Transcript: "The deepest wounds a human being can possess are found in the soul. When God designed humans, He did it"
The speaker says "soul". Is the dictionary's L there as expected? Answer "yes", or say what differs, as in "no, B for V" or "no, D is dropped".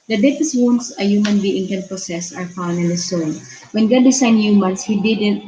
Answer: no, N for L